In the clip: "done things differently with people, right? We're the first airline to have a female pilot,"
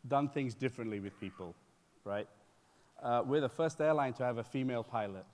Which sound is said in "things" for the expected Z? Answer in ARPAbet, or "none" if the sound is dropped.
Z